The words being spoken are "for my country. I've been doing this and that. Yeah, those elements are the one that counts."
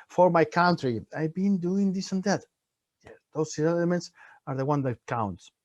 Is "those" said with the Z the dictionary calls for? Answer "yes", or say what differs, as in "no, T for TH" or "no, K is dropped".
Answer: no, S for Z